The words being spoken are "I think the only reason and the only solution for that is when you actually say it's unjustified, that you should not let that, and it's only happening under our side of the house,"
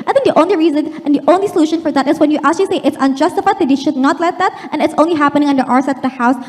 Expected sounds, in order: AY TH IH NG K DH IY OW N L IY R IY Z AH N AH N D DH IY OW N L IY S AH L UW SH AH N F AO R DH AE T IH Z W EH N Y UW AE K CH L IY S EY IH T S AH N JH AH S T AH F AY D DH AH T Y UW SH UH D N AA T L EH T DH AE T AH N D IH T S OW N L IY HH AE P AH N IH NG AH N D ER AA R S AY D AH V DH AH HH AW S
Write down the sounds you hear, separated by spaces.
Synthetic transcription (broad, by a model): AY TH IH NG K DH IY OW N L IY R IY Z AH N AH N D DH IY OW N L IY S AH L UW SH AH N F AO R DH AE T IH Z W EH N Y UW AE K CH L IY S EY IH T S AH N JH AH S T AH F AY D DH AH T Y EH SH UH D N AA T L EH T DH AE T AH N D IH T S OW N L IY HH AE P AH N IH NG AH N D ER AA R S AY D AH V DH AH HH AW S